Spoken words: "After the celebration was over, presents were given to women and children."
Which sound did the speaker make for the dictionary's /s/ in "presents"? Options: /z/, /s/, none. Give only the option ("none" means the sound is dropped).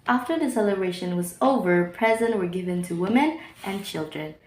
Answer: none